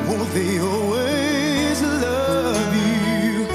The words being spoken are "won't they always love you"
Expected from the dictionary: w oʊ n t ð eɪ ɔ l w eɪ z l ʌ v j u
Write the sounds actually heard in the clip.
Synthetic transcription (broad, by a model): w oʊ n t ð eɪ ɔ l w eɪ z l ʌ v j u